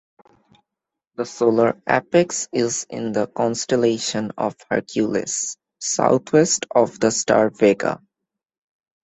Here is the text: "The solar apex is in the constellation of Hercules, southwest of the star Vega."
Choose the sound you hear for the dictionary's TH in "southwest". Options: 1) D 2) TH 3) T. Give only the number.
3